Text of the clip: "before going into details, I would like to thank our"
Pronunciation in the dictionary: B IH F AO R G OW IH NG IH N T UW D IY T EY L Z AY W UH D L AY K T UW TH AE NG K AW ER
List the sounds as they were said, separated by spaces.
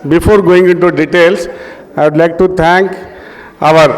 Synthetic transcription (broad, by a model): B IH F AO R G OW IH NG IH N T UW D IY T EY L S AY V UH D L AY K T UW T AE NG K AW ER